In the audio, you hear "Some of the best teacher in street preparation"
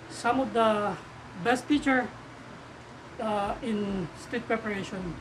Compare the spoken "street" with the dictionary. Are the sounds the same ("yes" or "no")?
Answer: no